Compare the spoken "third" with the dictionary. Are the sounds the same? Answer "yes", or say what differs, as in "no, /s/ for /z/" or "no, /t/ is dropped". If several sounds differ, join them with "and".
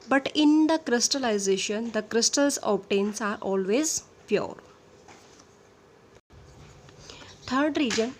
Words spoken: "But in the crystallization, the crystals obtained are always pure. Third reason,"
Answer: no, /t/ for /θ/